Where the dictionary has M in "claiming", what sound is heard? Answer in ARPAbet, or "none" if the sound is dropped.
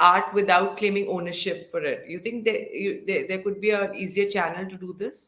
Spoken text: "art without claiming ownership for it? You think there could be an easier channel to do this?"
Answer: M